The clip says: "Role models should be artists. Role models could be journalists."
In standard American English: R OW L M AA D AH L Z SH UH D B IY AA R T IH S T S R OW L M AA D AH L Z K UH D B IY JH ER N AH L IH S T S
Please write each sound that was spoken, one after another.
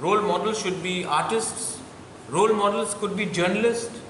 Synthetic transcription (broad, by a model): R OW L M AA D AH L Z SH UH D B IY AA R T IH S T S R OW L M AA D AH L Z K UH D B IY JH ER N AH L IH S T